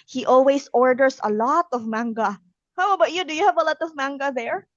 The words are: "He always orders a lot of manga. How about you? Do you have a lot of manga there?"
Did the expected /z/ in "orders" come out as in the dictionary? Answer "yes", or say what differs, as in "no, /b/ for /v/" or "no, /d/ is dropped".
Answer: no, /s/ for /z/